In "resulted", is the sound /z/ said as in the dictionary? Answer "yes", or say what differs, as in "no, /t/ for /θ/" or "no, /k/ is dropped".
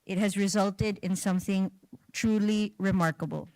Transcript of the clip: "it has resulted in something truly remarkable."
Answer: yes